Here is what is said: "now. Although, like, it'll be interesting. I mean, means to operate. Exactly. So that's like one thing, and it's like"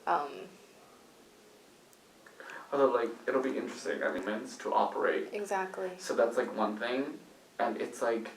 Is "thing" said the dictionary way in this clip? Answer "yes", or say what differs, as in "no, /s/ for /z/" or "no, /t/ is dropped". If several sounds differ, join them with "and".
yes